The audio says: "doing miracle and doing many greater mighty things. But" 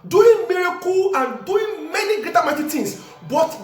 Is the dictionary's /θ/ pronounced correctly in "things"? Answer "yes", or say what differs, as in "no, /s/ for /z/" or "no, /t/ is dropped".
no, /t/ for /θ/